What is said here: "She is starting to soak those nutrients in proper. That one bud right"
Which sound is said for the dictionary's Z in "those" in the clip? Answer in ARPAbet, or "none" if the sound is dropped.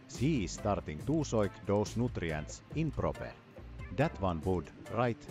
S